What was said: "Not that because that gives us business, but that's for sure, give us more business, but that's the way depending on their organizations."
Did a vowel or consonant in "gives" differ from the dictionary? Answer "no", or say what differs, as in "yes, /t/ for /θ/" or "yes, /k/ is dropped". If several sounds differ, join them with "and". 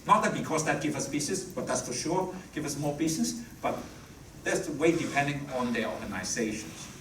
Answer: yes, /z/ is dropped